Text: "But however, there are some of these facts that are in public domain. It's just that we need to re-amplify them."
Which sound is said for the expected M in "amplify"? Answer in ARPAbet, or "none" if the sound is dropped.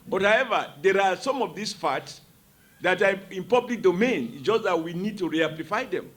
none